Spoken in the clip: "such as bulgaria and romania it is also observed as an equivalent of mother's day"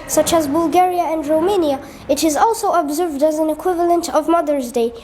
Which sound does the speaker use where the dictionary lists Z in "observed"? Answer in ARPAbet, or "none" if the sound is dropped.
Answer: Z